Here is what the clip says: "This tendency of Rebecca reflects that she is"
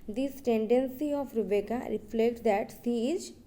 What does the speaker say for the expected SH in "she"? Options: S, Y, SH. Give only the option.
S